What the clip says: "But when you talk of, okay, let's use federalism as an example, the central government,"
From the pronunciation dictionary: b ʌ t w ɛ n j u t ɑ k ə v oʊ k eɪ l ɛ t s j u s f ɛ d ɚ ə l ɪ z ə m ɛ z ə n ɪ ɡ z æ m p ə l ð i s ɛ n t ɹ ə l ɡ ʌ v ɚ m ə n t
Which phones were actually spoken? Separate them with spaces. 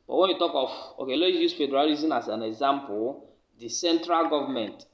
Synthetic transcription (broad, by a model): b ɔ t w ɛ n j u t ɑ k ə f oʊ k eɪ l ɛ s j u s f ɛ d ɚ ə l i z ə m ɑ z ə n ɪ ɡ z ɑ m p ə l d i s ɛ n t ɹ ə l ɡ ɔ v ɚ m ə n t